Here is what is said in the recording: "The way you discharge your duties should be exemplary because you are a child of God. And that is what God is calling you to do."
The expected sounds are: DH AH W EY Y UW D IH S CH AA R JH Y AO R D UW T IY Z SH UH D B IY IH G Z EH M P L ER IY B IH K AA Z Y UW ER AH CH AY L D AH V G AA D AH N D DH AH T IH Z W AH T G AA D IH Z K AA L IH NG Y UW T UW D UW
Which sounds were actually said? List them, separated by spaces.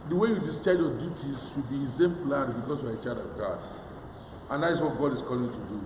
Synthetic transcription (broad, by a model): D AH W EY Y UW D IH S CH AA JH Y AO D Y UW T IY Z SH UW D B IY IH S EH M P L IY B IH K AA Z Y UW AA AH CH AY D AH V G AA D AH N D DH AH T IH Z W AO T G AA D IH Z K AA L IH NG Y UW T UW D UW